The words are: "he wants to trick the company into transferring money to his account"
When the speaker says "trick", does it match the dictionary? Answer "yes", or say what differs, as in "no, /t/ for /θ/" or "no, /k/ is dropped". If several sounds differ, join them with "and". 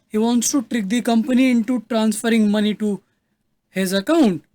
yes